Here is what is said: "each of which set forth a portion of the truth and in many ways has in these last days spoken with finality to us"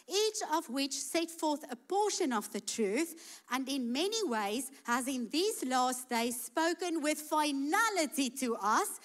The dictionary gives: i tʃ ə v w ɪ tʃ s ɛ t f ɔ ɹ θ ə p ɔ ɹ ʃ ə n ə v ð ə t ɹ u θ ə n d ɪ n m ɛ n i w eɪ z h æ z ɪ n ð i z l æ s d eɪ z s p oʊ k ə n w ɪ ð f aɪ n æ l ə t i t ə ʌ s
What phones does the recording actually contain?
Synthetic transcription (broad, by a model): i tʃ ə v w ɪ tʃ s ɛ t f ɔ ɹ θ ə p ɔ ʃ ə n ə v ð ə t ɹ u θ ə n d ɪ n m ɛ n i w eɪ z h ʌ z ɪ n ð i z l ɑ s d eɪ z s p oʊ k ə n w ɪ ð f aɪ n æ l ə t i t ə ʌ s